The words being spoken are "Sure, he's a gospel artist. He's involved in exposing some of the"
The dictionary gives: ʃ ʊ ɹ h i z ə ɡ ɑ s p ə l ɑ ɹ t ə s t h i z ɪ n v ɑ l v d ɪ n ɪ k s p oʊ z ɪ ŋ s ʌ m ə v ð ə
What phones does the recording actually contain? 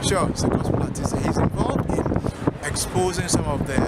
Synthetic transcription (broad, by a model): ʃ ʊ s ə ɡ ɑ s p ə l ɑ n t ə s h i z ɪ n v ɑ l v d ɪ n ɪ k s p oʊ z ɪ ŋ s ʌ m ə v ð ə